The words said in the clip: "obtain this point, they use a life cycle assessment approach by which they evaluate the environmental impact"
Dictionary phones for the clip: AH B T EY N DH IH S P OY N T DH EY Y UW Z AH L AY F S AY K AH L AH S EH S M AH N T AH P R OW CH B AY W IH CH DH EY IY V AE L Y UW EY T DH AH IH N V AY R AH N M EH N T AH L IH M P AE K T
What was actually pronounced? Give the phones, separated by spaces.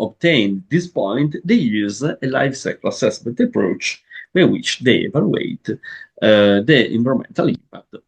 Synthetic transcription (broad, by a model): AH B T EY N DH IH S P OY N T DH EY Y UW Z AH L AY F S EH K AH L AH S EH S M AH N T AH P R OW CH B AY W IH CH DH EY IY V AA L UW EY T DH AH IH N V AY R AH M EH N T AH L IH M P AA K T